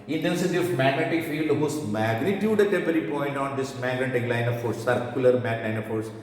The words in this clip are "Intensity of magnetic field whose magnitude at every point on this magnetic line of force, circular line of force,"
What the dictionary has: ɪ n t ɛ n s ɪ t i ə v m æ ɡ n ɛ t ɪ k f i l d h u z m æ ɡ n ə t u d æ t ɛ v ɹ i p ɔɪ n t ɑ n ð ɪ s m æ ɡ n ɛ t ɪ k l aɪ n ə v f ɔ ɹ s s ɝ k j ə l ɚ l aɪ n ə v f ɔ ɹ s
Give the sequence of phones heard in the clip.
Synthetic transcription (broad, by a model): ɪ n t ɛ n s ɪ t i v m æ ɡ n ɛ t ɪ k f i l d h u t m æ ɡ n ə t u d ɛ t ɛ p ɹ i p ɔɪ n t ɑ n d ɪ s m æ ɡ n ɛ t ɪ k l aɪ n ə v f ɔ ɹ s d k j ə l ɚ l aɪ n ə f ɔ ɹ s